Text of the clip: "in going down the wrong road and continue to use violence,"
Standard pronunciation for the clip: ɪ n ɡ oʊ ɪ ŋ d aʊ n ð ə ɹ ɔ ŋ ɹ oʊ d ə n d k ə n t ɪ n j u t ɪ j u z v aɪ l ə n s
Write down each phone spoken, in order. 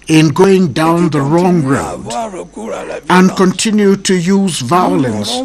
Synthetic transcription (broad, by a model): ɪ n ɡ oʊ ɪ ŋ d aʊ n ð ə ɹ ɔ ŋ ɹ oʊ d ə n k ə n t ɪ n j u t ɪ j u z v aɪ l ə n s